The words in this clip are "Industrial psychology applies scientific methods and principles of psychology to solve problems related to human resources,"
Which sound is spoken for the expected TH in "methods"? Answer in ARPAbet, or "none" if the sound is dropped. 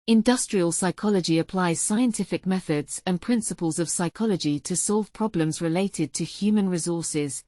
TH